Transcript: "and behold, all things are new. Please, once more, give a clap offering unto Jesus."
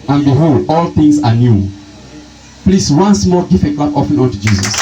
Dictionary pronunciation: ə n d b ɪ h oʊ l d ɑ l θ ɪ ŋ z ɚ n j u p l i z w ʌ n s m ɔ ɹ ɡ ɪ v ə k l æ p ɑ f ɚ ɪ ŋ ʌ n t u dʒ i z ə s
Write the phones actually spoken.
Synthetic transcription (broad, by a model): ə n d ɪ h oʊ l ɑ l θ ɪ ŋ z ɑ n j u p l i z w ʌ n s m ɔ l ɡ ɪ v ə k l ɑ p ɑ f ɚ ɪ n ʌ n t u dʒ i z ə s